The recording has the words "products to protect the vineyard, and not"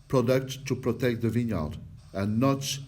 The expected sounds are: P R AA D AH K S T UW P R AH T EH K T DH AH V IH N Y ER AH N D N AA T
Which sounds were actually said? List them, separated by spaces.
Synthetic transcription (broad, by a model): P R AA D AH K T UW P R AH T EH K T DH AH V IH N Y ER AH L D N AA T